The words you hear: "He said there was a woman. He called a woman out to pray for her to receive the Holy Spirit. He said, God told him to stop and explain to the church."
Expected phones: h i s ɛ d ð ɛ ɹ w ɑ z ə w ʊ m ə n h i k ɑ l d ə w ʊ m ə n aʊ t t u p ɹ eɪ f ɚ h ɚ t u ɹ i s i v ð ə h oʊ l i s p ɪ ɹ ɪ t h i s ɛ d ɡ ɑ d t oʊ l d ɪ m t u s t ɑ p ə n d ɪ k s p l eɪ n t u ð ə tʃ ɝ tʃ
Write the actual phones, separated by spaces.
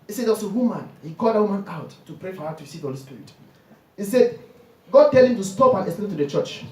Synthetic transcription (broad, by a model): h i s ɛ d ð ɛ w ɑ s ə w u m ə n h i k ɑ l d ə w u m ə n aʊ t t u p ɹ eɪ f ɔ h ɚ t u ɹ i s i v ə h oʊ l i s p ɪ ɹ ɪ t h i s ɛ d ɡ ɑ d t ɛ l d ɪ m t u s t ɑ p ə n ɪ s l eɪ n t u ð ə tʃ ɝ tʃ